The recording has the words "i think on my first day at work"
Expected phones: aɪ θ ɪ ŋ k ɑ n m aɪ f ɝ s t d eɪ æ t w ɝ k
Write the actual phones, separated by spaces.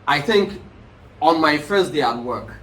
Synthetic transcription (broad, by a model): aɪ θ ɪ ŋ k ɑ n m aɪ f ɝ s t d eɪ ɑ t w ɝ k